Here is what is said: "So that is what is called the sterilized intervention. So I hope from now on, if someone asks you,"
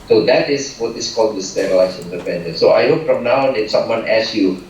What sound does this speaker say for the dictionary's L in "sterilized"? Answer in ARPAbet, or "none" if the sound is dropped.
none